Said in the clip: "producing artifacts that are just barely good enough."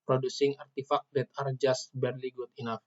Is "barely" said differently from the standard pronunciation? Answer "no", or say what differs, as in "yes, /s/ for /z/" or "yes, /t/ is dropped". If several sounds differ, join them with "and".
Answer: no